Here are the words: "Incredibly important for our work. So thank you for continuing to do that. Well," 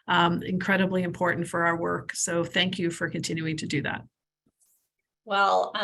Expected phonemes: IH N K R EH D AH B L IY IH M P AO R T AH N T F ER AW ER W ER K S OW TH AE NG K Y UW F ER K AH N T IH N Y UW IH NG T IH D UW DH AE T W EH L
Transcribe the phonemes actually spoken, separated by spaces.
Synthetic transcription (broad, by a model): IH N K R EH D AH B L IY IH M P AO R T N T F ER AW ER W ER K S OW TH AE NG K Y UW F ER K AH N T IH N Y UW IH NG T IH D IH DH AE T W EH L